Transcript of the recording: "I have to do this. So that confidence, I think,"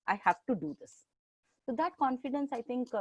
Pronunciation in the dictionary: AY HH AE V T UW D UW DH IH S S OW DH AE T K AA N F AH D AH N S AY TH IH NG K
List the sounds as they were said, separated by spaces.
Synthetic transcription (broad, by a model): AY HH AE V T UW D UW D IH S S OW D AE T K AA N F AH D AH N S AY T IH NG K